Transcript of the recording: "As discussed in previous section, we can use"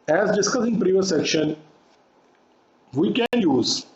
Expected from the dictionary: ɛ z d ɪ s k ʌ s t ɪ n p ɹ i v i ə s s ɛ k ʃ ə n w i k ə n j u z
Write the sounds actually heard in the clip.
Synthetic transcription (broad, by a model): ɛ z d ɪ s k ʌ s ɪ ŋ p ɹ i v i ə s s ɛ k ʃ ə n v i k ə n j u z